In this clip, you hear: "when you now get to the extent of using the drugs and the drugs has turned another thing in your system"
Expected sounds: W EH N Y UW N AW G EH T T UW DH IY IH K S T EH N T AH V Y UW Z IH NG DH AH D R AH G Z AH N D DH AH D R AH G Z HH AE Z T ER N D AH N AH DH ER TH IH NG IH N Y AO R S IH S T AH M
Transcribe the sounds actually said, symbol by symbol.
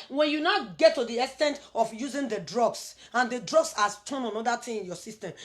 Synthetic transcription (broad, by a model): W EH N Y UW N AW G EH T T UW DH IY IH K S T EH N T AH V Y UW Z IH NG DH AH D R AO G S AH N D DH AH D R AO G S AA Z T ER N AH N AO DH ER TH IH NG IH N Y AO S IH S T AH M